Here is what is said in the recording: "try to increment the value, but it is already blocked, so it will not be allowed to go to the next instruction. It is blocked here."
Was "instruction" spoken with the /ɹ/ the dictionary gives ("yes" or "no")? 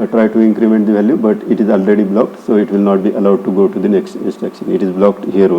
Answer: no